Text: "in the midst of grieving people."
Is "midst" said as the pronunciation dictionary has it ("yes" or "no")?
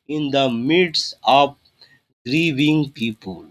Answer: no